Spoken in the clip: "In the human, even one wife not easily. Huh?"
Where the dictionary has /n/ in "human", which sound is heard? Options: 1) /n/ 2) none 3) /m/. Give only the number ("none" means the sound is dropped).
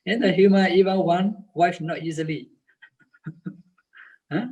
2